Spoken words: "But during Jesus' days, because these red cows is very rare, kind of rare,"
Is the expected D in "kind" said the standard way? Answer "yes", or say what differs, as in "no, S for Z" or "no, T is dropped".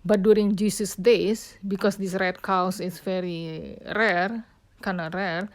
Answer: no, D is dropped